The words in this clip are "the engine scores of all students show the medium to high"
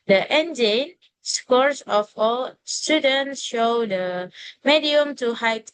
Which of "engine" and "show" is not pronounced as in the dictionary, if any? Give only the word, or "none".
none